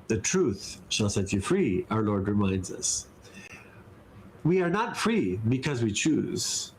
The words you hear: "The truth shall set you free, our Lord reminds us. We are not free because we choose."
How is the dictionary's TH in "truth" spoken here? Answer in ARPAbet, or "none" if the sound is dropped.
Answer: TH